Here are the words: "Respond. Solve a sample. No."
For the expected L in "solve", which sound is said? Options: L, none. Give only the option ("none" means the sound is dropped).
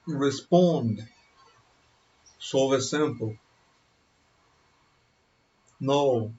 none